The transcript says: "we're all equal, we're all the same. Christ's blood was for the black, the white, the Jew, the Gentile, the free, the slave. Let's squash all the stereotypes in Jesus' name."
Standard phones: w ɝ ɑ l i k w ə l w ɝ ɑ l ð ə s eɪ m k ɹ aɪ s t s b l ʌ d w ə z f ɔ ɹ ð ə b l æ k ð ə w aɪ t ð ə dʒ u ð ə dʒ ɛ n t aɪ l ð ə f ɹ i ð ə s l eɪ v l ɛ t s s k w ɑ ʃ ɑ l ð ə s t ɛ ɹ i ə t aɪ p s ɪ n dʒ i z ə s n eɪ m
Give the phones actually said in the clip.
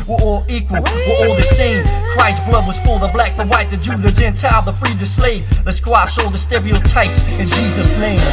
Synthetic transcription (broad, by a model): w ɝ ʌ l i k w ə l w ɝ ɑ l ð ə s eɪ m k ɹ aɪ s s b l ʌ d w ə z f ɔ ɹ ð ə b l æ k ð ə w aɪ t ð ə dʒ u ð ə dʒ ɛ n t aɪ l ð ə f ɹ i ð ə s l eɪ v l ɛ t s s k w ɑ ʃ ɑ l ð ə s t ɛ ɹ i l t aɪ p s ɪ n dʒ i z ə s n eɪ m